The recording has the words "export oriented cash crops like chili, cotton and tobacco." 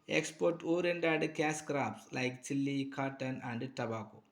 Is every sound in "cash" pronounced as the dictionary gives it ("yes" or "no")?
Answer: no